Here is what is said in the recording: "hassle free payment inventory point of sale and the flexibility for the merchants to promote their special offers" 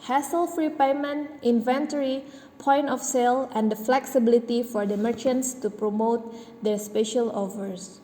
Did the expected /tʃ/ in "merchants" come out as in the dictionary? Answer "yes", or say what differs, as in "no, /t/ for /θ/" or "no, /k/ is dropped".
yes